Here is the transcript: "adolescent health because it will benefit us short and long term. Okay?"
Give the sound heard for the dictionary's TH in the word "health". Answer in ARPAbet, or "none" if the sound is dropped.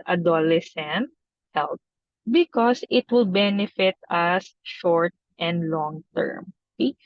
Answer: T